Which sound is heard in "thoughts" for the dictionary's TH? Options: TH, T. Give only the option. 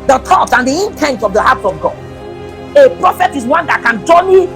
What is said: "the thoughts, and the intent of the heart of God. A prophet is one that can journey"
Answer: T